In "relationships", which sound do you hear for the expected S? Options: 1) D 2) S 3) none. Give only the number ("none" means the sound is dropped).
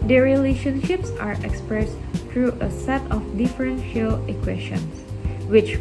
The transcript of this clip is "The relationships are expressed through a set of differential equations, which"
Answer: 2